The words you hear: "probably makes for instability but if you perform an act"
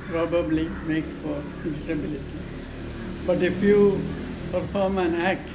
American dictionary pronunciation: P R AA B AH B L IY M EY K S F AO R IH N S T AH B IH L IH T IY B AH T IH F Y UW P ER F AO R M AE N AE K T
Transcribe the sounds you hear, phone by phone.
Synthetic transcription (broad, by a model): P R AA B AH B L IY M EY K S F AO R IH S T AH B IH L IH T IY B AH T IH F Y UW P ER F AO R M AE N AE K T